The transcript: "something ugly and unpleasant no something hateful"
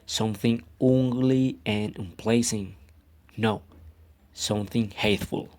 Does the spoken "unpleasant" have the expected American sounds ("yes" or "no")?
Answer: no